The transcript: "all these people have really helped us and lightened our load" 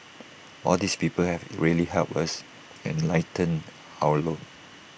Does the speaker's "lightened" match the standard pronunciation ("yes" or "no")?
no